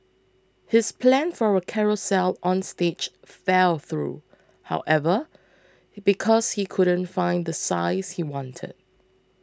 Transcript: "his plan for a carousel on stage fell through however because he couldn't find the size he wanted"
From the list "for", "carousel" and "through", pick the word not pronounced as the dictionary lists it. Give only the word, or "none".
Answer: none